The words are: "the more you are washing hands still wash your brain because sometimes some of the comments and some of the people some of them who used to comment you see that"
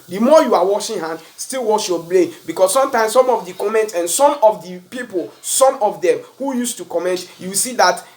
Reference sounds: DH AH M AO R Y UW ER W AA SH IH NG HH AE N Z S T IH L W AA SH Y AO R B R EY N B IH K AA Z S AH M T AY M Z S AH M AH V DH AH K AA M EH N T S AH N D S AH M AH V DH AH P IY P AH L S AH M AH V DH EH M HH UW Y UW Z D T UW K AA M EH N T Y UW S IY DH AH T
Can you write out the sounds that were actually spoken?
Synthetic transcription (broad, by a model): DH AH M AO Y UW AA W AA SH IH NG HH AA N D S T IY L W AA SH Y AO B L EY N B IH K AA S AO M T AY M S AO M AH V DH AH K AA M EH N T S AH N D S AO M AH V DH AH P IY P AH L S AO M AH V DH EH M HH UW Y UW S T UW K AA M EH N T Y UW S IY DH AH T